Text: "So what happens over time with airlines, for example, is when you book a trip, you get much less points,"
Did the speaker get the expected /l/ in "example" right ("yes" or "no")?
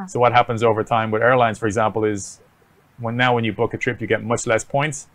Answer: yes